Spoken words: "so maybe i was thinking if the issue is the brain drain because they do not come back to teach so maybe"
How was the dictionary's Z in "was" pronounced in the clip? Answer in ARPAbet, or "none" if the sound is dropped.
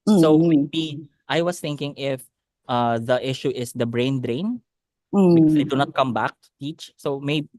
S